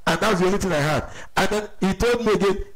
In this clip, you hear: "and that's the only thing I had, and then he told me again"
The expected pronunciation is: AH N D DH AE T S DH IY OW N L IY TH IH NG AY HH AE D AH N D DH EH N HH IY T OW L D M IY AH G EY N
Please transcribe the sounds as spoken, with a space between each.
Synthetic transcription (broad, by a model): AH N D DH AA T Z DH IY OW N IY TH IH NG AY HH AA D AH N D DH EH N HH IY T OW L D M IY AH G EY N